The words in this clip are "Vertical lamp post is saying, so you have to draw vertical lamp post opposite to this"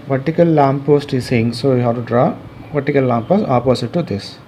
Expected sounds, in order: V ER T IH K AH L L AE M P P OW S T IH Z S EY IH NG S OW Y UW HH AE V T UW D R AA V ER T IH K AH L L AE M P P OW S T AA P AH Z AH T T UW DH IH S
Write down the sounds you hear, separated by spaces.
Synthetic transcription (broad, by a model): V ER T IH K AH L L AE M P P OW S T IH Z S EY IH NG S OW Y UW HH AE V T UW D R AA V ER T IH K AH L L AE M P P OW S T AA P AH S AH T T UW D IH S